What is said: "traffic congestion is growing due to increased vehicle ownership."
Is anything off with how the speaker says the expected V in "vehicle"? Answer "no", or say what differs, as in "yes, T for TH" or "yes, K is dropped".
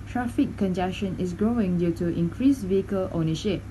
no